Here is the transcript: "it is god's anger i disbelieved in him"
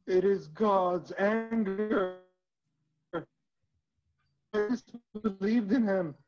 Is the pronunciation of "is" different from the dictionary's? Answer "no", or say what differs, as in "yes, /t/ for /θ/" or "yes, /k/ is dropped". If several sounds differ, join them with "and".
no